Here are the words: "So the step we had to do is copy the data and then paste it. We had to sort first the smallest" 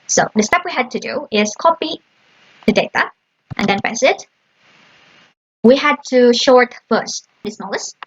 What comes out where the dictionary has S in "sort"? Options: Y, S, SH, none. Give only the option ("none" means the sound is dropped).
SH